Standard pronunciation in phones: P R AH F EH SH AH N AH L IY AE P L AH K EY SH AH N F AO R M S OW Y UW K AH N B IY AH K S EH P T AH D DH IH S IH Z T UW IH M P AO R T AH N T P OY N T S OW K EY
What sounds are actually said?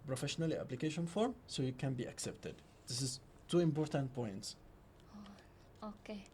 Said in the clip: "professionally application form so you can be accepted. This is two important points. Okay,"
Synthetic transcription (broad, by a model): P R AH F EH SH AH N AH L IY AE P L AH K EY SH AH N F AO R M S OW Y UW K AH N B IY AH K S EH P T AH D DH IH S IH S T UW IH M P AO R T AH N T P OY N T S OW K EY